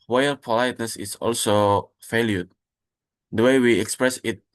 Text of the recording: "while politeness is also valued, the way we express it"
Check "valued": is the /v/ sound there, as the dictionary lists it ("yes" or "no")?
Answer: no